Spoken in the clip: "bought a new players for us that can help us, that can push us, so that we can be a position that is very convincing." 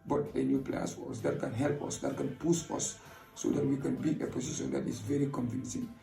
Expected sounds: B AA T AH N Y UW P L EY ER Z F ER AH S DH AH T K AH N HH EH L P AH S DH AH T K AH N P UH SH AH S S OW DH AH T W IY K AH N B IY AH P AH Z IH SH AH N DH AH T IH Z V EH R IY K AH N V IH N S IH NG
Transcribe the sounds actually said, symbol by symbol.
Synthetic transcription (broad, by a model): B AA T AH N Y UW P L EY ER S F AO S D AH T K AH N HH EH L P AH S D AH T K AH N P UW S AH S S OW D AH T W IY K AH N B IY AH P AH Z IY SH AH N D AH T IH S V EH R IY K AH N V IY N S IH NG